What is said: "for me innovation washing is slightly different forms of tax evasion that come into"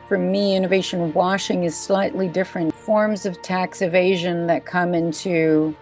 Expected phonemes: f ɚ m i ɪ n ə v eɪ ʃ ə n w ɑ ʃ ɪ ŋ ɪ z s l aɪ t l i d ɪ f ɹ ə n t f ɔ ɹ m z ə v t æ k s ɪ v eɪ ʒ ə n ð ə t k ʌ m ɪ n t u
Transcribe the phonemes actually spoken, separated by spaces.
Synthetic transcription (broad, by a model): f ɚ m i ɪ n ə v eɪ ʃ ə n w ɑ ʃ ɪ ŋ ɪ z s l aɪ t l i d ɪ f ɹ ə n t f ɔ ɹ m z ə v t æ k s ɪ v eɪ ʒ ə n ð ə t k ʌ m ɪ n t u